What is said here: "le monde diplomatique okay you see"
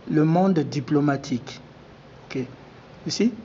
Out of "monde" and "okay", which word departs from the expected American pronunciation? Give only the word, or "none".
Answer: monde